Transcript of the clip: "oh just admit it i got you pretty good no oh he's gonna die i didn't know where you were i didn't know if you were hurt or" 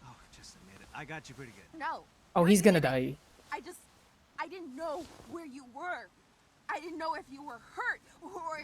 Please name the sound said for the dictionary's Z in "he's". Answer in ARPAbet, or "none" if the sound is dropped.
Z